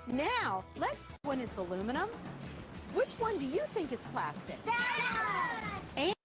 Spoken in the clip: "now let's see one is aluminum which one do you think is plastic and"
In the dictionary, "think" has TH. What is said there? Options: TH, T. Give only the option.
TH